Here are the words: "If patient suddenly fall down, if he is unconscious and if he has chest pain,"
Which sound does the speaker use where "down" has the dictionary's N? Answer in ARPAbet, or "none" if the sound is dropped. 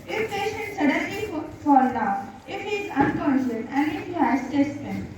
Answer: none